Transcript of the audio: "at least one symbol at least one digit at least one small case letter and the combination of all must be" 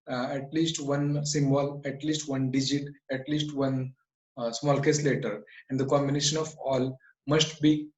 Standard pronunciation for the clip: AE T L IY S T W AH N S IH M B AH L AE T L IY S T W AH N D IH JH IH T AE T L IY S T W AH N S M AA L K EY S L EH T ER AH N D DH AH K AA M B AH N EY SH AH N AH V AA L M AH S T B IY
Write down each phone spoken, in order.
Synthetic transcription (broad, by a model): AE T L IY S T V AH N S IH M B AH L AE T L IY S T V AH N D IH JH IH T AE T L IY S T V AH N S M AA L K EY S L EH T ER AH N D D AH K AA M B AH N EY SH AH N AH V AA L M AH S T B IY